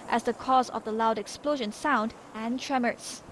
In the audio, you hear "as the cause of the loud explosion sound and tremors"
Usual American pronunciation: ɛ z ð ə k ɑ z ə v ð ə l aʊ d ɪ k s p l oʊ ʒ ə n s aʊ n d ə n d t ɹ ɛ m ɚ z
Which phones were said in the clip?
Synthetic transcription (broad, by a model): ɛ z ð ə k ɑ z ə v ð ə l aʊ d ɪ k s p l oʊ ʒ ə n s aʊ n d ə n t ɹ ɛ m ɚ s